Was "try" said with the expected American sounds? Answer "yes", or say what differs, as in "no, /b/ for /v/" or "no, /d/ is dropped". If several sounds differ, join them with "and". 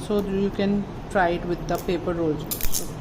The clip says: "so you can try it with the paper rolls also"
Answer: yes